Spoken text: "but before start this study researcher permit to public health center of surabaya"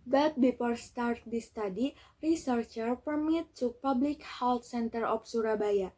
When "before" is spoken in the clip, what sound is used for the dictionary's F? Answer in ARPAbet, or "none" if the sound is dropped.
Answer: P